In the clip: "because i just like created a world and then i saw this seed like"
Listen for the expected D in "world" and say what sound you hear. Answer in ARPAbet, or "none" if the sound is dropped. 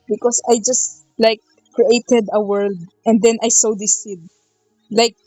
D